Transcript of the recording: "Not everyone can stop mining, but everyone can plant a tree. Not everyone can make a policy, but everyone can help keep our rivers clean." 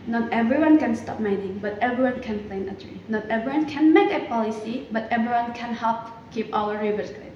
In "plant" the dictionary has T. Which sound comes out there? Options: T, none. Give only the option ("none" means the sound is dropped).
none